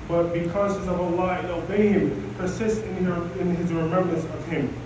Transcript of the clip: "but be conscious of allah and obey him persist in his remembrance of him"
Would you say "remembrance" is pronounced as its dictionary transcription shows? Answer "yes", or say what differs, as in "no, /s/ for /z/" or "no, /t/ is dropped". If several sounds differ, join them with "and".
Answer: yes